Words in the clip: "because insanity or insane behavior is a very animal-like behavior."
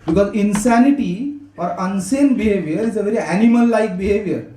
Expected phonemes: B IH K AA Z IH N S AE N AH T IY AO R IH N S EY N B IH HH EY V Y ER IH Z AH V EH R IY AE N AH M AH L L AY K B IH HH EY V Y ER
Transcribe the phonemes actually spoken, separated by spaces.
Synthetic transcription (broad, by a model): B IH K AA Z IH N S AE N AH T IY AO R IH N S EY N B IH HH EY V Y ER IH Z AH V EH R IY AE N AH M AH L L AY K B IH HH EY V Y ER